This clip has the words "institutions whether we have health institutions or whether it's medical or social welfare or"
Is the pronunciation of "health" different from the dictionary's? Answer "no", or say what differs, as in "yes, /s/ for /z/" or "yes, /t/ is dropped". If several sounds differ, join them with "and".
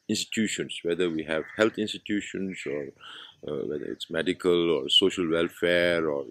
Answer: yes, /t/ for /θ/